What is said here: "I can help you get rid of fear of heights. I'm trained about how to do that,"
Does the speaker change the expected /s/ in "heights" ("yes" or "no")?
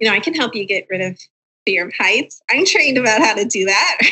no